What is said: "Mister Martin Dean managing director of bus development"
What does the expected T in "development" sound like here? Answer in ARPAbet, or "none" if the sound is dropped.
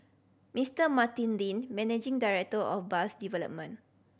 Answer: none